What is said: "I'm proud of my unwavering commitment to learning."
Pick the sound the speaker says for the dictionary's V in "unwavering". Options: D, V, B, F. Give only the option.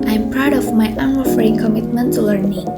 F